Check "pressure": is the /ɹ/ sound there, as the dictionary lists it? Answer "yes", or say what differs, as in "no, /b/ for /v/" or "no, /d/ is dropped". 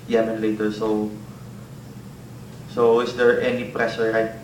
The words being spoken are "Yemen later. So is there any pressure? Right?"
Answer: yes